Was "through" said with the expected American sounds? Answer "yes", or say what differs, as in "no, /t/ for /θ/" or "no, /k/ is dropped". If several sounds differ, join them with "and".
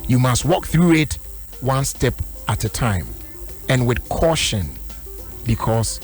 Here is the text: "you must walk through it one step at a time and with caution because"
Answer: yes